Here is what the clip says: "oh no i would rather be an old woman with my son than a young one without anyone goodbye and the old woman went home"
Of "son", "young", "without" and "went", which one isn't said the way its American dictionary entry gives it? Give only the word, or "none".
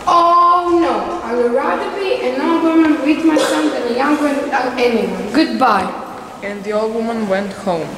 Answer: without